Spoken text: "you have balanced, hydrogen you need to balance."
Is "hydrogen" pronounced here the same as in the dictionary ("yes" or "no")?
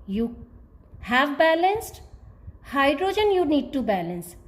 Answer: yes